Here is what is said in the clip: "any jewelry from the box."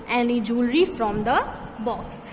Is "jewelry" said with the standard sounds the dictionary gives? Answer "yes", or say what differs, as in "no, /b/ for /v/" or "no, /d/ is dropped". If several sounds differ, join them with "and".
yes